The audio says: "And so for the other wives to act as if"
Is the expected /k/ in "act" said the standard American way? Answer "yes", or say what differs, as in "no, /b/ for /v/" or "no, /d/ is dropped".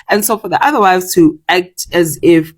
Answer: yes